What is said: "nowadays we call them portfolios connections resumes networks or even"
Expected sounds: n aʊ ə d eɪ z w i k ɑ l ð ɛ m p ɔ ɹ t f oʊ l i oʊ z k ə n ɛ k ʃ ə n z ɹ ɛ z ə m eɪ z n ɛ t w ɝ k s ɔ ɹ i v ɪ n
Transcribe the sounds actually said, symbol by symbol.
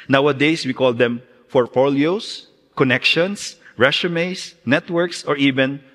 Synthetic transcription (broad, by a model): n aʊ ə d eɪ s w i k ɑ l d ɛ m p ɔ ɹ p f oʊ l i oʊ s k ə n ɛ k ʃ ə n s ɹ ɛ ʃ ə m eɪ s n ɛ t w ɝ k s ɔ ɹ i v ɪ n